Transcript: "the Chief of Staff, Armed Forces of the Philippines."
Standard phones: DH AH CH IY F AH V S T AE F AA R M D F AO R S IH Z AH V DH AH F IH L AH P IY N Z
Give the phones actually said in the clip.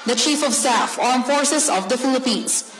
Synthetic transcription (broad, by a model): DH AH CH IY F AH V S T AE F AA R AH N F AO R S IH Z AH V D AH F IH L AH P IY N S